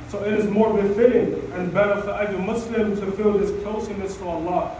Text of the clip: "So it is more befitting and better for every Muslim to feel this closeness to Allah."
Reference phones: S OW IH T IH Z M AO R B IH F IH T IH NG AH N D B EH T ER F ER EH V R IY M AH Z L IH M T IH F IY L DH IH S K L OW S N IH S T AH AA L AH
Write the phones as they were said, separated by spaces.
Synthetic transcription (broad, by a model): S OW IH T IH Z M AO R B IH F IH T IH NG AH N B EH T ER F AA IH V IY M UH S L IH M T IH F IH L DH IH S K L S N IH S T AH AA L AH